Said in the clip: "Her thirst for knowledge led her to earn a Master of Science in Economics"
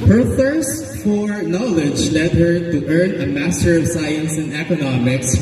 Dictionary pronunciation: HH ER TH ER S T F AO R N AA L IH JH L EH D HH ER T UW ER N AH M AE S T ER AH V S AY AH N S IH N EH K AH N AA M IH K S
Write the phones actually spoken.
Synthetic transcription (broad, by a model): HH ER TH ER S T F AO R N AA L IH JH L EH D HH ER T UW ER N AH M AE S T ER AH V S AY AH N S IH N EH K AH N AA M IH K S